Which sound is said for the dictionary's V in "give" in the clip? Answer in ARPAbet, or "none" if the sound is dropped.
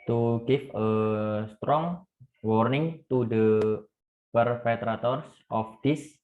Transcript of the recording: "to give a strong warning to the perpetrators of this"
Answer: F